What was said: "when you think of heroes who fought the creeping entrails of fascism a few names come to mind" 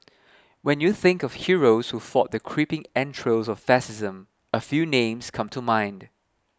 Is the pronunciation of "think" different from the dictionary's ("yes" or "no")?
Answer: no